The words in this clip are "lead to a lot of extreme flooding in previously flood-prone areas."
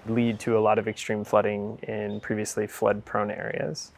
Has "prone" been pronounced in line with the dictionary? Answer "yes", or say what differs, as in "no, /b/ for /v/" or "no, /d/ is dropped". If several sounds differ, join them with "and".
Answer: yes